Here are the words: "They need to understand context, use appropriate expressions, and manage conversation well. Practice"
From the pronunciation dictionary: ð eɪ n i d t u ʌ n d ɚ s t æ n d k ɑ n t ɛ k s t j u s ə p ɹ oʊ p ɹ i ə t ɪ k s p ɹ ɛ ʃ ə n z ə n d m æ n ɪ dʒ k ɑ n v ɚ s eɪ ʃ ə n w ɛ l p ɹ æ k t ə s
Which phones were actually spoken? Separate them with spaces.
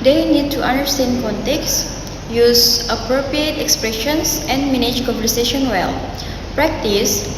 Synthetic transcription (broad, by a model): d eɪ n i d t u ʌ n d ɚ s t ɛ n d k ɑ n t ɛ k s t j u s ə p ɹ oʊ p ɹ i ə t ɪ k s p ɹ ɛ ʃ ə n s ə n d m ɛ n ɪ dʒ k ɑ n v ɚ s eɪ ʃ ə n w ɛ l p ɹ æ k t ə s